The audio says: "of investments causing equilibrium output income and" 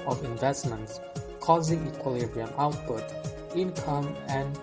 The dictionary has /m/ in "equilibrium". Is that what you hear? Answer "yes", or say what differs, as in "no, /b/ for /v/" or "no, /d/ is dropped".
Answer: yes